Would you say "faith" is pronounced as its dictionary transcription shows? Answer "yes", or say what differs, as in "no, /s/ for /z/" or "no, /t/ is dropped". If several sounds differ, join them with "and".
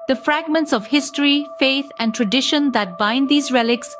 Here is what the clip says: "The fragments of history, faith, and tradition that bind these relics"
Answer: no, /t/ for /θ/